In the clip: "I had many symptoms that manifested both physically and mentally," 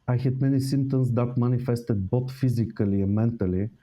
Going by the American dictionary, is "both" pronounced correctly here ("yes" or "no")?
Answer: no